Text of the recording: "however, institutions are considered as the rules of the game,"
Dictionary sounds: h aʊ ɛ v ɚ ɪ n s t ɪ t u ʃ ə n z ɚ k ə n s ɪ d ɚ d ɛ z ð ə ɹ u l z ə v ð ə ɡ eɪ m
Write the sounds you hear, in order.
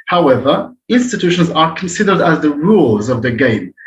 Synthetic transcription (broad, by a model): h aʊ ɛ v ɚ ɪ n s t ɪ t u ʃ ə n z ɚ k ə n s ɪ d ɚ d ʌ z ð ə ɹ u l z ə v ð ə ɡ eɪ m